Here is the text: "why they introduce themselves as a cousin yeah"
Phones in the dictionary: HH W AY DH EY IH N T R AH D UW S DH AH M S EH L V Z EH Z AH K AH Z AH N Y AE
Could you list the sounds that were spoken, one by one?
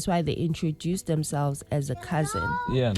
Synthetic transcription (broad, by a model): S W AY DH EY IH N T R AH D UW S DH AH M S EH L V Z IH Z AH K AH Z AH N Y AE